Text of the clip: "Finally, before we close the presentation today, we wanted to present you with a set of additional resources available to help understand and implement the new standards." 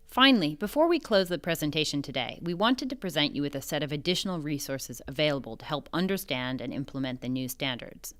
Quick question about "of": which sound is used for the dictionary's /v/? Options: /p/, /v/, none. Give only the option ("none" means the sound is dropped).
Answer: /v/